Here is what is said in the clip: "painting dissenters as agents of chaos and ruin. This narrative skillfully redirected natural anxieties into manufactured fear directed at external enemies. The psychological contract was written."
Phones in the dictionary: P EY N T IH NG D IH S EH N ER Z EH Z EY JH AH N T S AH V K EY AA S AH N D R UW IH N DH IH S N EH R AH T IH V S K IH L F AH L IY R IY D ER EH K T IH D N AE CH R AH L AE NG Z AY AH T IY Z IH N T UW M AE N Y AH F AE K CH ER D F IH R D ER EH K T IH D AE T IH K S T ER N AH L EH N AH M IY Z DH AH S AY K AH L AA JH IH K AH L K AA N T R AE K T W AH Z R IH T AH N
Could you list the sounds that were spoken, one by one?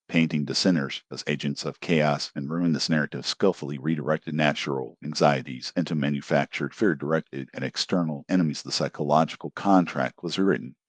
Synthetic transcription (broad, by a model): P EY N T IH NG D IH S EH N ER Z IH Z EY JH AH N T S AH V K EY AA S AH N R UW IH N DH IH S N EH R AH T IH V S K IH L F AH L IY R IY D ER EH K T IH D N AE CH R L AE NG Z AY AH T IY Z IH N T UW M AE N Y AH F AE K CH ER D F IH R D ER EH K T IH D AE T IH K S T ER N L EH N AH M IY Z DH AH S AY K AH L AA JH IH K L K AA N T R AE K T W AH Z R IH T N